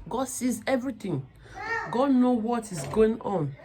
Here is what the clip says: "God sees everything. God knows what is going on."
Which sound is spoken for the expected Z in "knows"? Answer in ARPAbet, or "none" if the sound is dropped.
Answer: none